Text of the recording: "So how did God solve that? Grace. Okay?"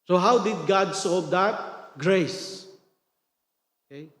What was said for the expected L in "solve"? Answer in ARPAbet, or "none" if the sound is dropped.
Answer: none